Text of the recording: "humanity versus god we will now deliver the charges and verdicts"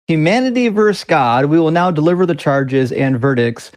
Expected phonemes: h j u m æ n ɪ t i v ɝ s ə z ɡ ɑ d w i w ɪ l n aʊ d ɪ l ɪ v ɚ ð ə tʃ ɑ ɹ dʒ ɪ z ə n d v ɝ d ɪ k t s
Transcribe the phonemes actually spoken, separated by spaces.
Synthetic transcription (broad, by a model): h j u m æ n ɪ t i v ɝ s ɡ ɑ d w i w ɪ l n aʊ d ɪ l ɪ v ɚ ð ə tʃ ɑ ɹ dʒ ɪ z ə n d v ɝ d ɪ k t s